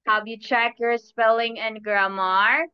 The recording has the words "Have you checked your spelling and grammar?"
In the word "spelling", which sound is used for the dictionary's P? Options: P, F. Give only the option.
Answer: P